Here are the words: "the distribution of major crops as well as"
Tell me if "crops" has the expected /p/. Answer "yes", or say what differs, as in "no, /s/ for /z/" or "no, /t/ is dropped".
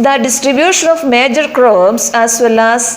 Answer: no, /b/ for /p/